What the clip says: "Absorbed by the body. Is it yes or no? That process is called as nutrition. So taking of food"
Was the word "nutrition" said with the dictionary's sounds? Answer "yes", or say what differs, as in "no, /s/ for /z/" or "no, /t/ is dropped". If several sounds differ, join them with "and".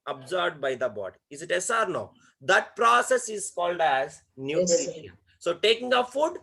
no, /ʃ/ is dropped